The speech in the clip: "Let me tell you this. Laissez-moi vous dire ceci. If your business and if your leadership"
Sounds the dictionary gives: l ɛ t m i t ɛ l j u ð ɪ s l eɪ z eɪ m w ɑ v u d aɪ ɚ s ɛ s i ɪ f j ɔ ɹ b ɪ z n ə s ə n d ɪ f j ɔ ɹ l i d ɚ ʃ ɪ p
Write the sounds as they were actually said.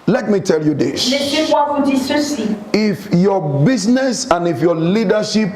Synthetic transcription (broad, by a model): l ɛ t m i t ɛ l j u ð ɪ s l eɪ s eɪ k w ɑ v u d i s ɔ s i ɪ f j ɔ b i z n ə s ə n ɪ f j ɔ l i d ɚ ʃ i p